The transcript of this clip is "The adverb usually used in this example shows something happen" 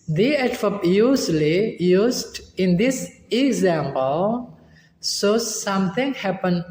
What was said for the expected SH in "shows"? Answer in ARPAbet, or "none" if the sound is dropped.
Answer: S